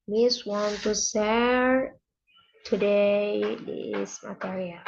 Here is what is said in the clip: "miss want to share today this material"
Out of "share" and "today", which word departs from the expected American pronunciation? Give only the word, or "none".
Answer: share